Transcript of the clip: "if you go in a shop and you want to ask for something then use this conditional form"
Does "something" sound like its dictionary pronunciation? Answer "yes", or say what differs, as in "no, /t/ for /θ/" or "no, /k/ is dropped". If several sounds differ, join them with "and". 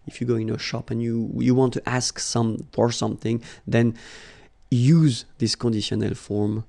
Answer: yes